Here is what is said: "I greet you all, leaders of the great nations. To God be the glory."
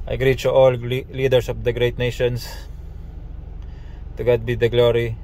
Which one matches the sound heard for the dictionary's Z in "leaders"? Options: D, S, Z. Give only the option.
S